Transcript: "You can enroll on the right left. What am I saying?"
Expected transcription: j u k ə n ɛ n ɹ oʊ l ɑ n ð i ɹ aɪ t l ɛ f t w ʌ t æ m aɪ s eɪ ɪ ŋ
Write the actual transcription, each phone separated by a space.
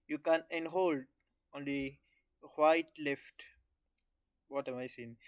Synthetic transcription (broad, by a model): j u k ə n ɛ n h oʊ l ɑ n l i w aɪ t l ɛ f t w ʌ t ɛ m aɪ s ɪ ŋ